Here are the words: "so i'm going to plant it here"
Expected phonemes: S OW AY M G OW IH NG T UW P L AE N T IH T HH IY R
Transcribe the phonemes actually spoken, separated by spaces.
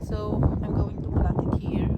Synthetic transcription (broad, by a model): S OW AY M G OW IH NG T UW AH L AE T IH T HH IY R